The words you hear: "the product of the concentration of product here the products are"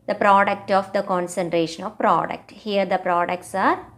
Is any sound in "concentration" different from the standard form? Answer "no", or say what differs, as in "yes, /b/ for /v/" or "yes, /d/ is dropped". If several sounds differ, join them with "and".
no